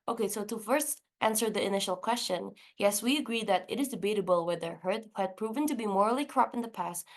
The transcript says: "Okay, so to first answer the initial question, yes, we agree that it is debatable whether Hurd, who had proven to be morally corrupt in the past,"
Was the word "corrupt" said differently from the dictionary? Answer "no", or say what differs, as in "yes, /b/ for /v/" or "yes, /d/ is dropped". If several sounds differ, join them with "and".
yes, /t/ is dropped